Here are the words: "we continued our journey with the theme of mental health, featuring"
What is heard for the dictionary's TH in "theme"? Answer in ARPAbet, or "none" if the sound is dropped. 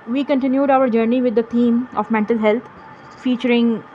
T